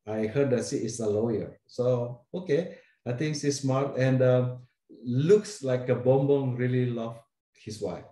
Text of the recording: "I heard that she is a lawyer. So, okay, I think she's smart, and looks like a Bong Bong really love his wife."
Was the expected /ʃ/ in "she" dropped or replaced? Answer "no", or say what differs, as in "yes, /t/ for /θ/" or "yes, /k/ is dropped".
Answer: yes, /s/ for /ʃ/